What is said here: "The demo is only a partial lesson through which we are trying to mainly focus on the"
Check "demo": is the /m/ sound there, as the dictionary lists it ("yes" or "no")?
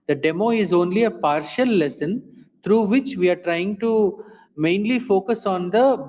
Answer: yes